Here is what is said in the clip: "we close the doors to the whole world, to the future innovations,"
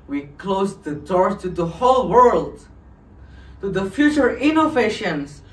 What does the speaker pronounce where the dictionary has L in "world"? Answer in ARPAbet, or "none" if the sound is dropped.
L